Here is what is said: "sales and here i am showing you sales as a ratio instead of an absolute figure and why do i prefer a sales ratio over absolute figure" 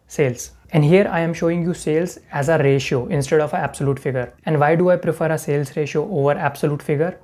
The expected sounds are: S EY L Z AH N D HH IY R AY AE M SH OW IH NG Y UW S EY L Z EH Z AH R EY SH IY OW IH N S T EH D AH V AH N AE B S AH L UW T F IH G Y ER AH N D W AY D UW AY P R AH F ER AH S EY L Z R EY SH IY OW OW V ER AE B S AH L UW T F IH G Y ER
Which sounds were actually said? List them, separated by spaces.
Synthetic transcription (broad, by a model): S EY L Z AH N D HH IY R AY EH M SH OW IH NG Y UW S EY L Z EH Z AH R EY SH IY OW IH N S T EH D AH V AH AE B S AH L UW T F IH G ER AH N D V AY D UW AY P R AH F ER AH S EY L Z R EY SH IY OW OW V ER AE B S AH L UW T F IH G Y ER